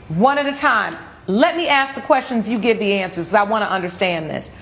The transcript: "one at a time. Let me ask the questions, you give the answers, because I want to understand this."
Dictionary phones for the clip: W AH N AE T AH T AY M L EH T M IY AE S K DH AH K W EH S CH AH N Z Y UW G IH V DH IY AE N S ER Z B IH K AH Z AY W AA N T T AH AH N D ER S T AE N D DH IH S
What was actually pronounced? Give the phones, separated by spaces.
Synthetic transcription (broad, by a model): W AH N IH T AH T AY M L EH T M IY AE S K DH AH K W EH S CH AH N Z Y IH G IH V DH IY AE N S ER Z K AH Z AY W AA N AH T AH AH N D ER S T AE N DH IH S